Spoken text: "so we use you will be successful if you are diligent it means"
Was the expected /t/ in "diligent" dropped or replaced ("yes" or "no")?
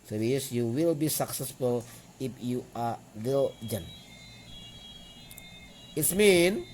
yes